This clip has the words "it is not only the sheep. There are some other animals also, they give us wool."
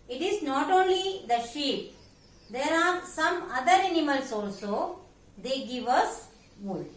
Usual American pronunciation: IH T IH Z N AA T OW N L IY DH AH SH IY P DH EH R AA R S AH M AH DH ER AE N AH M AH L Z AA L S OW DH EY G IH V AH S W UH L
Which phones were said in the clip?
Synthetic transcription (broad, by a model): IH T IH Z N AA T OW N L IY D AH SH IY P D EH R AA R S AH M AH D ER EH N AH M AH L S AA L S OW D EY G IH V AH S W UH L